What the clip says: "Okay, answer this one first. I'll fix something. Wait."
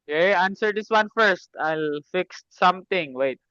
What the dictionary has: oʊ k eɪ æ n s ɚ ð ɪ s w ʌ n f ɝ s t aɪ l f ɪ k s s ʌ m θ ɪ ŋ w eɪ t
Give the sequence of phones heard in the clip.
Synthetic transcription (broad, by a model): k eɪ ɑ n s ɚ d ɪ s w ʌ n f ɝ s t aɪ l f ɪ k s s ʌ m t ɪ ŋ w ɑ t